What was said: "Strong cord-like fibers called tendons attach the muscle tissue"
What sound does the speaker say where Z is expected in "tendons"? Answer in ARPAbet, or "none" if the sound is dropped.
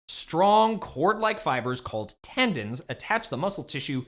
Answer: Z